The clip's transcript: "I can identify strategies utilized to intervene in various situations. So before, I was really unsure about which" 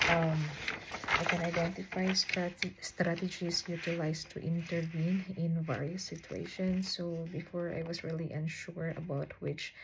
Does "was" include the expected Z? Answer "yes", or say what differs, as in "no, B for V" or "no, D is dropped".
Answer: no, S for Z